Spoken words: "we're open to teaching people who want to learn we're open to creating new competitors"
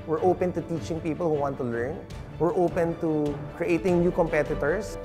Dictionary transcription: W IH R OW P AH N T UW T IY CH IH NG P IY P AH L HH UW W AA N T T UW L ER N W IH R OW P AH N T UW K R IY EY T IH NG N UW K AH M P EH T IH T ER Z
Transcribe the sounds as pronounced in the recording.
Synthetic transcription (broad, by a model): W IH R OW P AH N T UW T IY CH IH NG P IY P AH L HH UW W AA N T T UW L ER N W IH R OW P AH N T UW K R IY EY T IH NG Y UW K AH M P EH T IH T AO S